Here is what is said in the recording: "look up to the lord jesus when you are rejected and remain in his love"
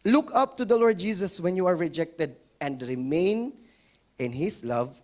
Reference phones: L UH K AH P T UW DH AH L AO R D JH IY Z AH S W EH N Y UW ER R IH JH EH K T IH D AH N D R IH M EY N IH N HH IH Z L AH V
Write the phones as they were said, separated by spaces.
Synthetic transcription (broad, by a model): L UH K AH P T UW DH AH L AO R D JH IY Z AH S W EH N Y UW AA R IH JH EH K T IH D AH N D R IH M EY N IH N HH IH S L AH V